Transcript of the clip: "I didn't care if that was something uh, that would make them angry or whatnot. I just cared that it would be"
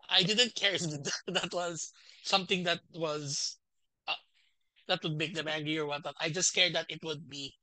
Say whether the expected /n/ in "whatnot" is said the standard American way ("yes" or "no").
no